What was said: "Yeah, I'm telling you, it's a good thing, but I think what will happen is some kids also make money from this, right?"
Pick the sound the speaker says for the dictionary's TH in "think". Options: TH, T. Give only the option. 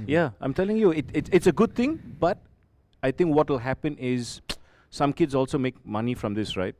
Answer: T